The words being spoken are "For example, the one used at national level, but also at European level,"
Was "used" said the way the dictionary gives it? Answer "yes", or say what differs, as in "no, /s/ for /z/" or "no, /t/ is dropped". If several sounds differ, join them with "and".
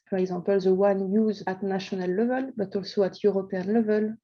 no, /d/ is dropped